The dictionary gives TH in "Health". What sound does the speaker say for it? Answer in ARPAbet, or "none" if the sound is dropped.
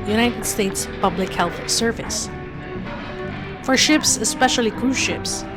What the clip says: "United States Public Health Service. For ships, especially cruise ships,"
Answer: TH